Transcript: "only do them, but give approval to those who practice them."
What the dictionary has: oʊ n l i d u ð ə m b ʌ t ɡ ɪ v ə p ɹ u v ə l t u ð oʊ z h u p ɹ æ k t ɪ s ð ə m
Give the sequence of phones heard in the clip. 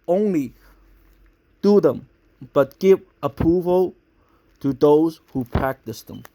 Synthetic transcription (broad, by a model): oʊ n l i d u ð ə m b ʌ t ɡ ɪ v ə p ɹ u v ə l t u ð oʊ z h u p ɹ æ k t ɪ s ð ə m